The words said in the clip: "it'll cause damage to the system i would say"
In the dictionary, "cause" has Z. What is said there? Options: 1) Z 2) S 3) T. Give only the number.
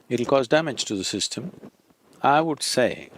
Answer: 1